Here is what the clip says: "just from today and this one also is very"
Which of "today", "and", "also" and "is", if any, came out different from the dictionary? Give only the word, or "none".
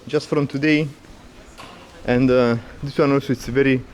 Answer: is